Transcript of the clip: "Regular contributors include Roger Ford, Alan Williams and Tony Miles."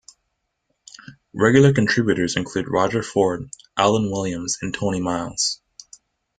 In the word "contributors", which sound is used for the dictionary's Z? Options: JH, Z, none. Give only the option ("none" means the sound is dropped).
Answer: Z